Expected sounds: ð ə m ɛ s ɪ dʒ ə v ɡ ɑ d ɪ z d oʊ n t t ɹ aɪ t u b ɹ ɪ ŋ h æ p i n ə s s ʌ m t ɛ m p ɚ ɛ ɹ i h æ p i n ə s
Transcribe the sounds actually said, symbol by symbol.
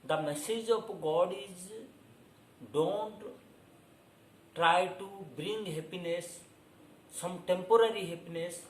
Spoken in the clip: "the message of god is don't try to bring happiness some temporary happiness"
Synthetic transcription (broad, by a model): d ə m ɛ s ɪ dʒ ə p ɡ ɑ d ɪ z d oʊ n t t ɹ aɪ t u b ɹ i ŋ h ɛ p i n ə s s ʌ m t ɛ m p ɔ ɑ ɹ i h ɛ p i n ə s